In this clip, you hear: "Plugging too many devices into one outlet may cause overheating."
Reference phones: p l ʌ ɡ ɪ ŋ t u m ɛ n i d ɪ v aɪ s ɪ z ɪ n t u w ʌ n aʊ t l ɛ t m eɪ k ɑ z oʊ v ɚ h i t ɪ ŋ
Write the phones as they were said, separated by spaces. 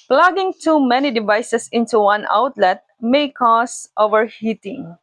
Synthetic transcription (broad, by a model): p l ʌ ɡ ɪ ŋ t u m ɛ n i d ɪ v aɪ s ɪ s ɪ n t u w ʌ n aʊ t l ɛ t m eɪ k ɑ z oʊ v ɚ h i t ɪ ŋ